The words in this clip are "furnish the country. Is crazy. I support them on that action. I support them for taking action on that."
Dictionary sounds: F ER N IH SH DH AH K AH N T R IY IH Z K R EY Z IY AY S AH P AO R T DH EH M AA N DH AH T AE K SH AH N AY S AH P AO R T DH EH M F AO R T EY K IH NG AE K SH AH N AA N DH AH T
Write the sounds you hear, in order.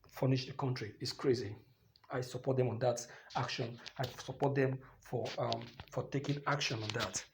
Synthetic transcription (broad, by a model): F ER N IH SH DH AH K AH N T R IY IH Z K R EY Z IY AY S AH P AO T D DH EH M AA N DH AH T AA K SH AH N AY S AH P AO T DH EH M F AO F T EY K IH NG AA K SH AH N AA N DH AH T